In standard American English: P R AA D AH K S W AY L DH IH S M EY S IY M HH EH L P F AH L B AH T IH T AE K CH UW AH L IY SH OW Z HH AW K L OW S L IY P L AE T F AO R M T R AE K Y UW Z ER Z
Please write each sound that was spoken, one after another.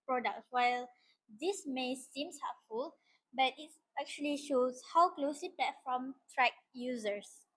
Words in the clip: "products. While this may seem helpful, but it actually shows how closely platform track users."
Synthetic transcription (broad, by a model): P R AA D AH K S W AY L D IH S M EY S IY M HH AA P F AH L B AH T IH T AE K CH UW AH L IY SH OW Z HH AW K L OW S L IY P EH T F AO M T R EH K Y UW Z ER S